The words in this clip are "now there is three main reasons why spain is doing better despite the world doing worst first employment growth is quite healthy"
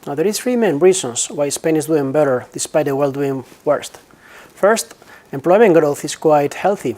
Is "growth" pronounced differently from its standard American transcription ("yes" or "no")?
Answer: no